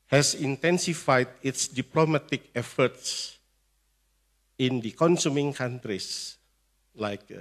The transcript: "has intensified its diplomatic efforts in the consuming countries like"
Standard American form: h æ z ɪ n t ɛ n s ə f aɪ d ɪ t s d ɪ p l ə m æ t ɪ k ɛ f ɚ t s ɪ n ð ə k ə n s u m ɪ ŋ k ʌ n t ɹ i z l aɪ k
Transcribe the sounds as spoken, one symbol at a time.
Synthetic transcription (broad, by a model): h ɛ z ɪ n t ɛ n s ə f aɪ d ɪ t s d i p l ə m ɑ t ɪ k ɛ f ɚ t s ɪ n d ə k ə n s u m ɪ ŋ k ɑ n t ɹ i s l aɪ k